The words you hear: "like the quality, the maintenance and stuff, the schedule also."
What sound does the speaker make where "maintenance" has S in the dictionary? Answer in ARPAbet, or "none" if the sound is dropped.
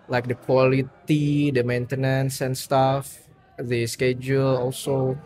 S